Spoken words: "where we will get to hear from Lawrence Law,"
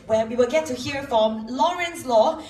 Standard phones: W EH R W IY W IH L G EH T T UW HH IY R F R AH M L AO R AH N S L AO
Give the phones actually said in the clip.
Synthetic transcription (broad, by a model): W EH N W IY W IH L G EH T T UW HH IY R F R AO M L AO R AH N S L AO